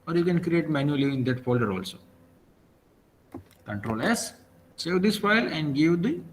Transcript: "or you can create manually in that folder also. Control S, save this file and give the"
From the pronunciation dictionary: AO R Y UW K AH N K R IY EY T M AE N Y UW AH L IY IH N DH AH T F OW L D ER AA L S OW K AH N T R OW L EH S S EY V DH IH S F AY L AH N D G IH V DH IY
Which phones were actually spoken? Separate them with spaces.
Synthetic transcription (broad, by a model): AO R Y UW K AH N K R IY EY T M AE N Y UW AH L IY IH N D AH T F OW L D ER AA L S OW K AH N T R OW L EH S S EY V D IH S F AY L AH N D G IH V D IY